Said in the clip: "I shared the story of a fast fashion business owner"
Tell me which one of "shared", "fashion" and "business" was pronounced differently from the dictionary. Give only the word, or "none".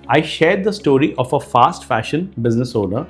none